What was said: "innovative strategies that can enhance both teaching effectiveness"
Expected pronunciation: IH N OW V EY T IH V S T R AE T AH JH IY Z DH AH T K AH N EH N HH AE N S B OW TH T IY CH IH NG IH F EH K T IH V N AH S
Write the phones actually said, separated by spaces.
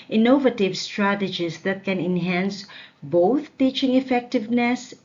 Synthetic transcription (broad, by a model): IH N OW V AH T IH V S T R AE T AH JH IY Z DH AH T K AH N EH N HH AE N S B OW T T IY CH IH NG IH F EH K T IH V N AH S